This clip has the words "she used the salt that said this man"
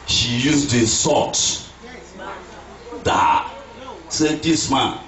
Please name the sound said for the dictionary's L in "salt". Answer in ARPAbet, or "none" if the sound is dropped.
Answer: none